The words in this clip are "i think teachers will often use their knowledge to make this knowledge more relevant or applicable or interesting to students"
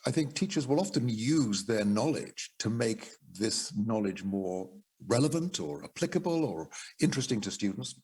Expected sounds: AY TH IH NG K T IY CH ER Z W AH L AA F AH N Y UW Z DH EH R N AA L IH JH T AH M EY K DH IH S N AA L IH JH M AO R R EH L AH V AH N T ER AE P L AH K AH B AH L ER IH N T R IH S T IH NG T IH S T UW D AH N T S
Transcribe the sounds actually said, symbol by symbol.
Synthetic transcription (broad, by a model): AY TH IH NG K T IY CH ER Z W AH L AA F AH N Y UW Z DH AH R N AA L IH JH T AH M EY K DH IH S N AA L IH JH M AO R R EH L AH V AH N T ER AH P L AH K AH B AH L ER IH N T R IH S T IH NG T IH S T UW D N T S